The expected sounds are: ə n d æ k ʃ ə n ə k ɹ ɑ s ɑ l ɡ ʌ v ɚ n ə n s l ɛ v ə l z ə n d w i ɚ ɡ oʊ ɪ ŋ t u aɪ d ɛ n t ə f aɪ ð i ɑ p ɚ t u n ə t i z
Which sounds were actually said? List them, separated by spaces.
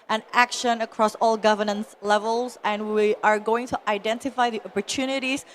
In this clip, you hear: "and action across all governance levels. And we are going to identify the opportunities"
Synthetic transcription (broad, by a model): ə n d æ k ʃ ə n ə k ɹ ɑ s ɑ l ɡ ʌ v ɚ n ə n s l ɛ v ə l z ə n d w i ɚ ɡ oʊ ɪ ŋ t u aɪ d ɛ n t ə f aɪ ð i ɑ p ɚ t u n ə t i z